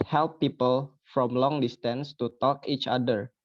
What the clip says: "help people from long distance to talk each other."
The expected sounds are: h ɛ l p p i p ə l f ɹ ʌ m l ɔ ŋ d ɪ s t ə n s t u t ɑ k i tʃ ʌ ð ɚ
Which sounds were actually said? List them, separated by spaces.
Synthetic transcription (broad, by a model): h ɛ l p p i p ə l f ɹ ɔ m l ɔ ŋ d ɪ s t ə n s t u t ɑ k i tʃ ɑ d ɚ